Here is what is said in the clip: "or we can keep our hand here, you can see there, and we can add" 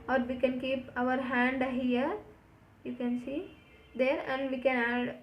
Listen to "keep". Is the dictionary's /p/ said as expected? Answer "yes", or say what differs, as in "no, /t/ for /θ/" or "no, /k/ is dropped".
yes